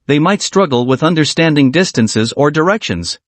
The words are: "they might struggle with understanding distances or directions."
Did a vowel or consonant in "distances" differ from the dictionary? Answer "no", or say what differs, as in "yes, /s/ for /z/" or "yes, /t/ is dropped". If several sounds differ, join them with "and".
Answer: no